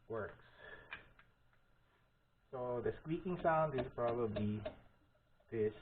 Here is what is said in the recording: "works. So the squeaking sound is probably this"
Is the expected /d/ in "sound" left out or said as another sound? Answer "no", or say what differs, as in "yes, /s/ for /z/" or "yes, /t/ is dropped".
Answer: no